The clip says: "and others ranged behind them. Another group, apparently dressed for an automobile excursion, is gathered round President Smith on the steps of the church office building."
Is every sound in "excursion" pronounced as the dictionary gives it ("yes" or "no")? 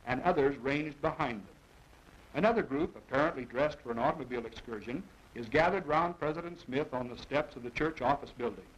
yes